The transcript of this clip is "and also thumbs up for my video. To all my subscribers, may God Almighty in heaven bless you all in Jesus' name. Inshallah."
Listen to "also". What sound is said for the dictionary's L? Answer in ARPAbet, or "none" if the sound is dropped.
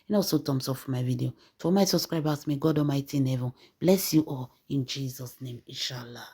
none